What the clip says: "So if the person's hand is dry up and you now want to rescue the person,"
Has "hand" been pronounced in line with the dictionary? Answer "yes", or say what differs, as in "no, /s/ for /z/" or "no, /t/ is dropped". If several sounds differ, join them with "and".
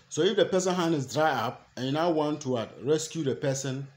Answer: no, /d/ is dropped